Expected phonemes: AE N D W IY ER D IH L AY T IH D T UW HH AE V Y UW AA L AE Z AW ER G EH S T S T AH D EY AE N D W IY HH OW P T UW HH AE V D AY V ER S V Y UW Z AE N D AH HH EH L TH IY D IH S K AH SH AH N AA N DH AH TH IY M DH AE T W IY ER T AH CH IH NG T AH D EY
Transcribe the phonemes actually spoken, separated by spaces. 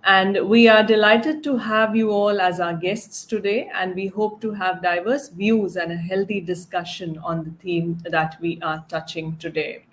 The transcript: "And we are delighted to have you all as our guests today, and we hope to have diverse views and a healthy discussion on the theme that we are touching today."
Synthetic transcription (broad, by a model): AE N D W IY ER D IH L AY T IH D T UW HH AE V Y UW AA L AE Z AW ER G EH S T S T AH D EY AE N D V IY HH OW P T UW HH AE V D AY V ER S V Y UW Z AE N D AH HH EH L T IY D IH S K AH SH AH N AA N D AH T IY M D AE T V IY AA T AH CH IH NG T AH D EY